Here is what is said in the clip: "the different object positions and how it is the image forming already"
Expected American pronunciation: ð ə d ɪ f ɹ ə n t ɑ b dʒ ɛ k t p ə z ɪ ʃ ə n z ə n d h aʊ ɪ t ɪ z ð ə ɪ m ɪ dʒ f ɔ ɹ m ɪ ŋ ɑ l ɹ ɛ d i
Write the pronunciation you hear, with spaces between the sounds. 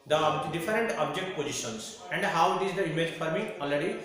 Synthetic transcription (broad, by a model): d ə d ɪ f ɹ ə n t ɑ b dʒ ɛ k t p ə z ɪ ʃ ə n s ə n d h aʊ ɪ t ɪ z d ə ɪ m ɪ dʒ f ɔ ɹ m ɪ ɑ l ɹ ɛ d i